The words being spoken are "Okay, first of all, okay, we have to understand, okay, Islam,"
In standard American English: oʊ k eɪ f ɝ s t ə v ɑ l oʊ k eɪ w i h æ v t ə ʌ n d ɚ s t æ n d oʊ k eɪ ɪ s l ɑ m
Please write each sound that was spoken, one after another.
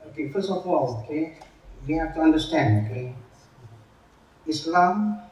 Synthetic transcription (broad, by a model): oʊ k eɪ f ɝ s ə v ɑ l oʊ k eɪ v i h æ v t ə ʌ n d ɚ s t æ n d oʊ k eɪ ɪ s l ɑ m